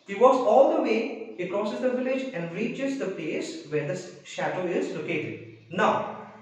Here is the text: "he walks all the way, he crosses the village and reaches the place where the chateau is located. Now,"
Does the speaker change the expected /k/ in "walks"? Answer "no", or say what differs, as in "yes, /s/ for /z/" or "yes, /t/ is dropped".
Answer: yes, /k/ is dropped